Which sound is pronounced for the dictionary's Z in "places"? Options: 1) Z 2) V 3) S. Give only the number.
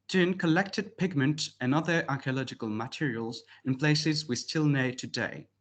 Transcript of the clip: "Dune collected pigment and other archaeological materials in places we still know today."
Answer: 1